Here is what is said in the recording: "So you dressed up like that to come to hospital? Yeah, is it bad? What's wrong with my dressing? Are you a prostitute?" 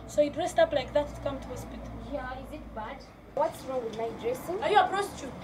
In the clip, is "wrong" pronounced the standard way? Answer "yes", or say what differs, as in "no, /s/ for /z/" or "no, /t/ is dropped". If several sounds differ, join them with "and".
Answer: yes